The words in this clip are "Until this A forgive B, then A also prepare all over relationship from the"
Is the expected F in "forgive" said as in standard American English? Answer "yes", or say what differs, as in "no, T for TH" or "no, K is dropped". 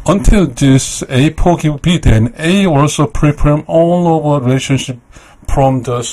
no, P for F